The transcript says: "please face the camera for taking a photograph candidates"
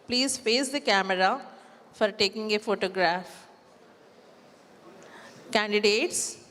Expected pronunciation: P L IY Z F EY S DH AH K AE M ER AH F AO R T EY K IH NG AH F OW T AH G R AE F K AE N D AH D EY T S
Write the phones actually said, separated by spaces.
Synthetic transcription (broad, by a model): P L IY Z P EY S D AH K AE M ER AH F AO R T EY K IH NG AH F OW T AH G R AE F K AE N D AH D EY T S